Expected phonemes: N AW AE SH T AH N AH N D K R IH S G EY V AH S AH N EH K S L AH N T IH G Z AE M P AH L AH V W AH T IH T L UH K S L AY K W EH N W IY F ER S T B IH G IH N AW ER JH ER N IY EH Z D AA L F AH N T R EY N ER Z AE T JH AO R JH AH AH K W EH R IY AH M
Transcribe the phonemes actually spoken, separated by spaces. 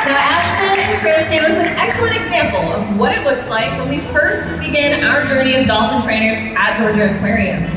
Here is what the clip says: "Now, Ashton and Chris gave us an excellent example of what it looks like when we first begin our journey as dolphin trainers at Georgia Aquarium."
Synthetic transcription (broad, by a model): N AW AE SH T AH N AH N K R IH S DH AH W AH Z N EH K S L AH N T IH G Z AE M P L AH V W AH T IH T L UH K S L AY K W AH N W IY F ER S T B IH G IH N AW ER JH ER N IY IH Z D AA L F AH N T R EY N ER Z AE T JH AO R JH AH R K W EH R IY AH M